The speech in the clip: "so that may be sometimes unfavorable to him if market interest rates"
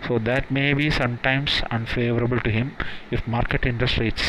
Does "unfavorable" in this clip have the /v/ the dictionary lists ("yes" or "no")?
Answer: yes